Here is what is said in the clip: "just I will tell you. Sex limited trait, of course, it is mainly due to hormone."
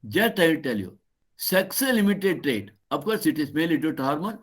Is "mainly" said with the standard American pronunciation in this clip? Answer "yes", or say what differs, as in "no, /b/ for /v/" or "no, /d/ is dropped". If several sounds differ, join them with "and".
no, /n/ is dropped